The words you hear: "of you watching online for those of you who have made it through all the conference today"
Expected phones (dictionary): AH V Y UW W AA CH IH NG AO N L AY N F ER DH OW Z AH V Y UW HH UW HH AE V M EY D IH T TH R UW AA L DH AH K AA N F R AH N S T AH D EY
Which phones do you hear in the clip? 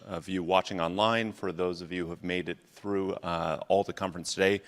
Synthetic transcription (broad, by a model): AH V Y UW W AA CH IH NG AO N L AY N F ER DH OW Z AH V Y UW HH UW HH V M EY D IH T TH R UW AA L DH AH K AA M F R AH N S T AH D EY